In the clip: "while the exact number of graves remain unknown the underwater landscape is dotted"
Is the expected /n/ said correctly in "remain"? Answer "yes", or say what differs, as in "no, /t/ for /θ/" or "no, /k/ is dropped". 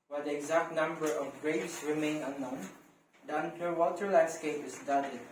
yes